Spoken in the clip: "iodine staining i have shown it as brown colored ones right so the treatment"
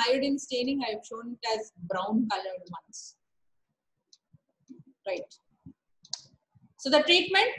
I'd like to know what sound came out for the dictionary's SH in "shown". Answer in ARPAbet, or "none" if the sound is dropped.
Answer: SH